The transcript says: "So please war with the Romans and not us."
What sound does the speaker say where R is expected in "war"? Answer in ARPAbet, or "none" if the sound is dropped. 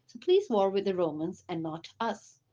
R